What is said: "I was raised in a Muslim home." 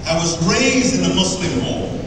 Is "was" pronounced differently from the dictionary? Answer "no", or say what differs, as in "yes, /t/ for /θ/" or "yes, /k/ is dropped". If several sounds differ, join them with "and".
no